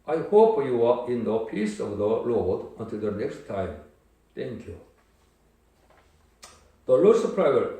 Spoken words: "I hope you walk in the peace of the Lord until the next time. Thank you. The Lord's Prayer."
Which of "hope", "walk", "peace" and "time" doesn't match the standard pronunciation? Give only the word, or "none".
walk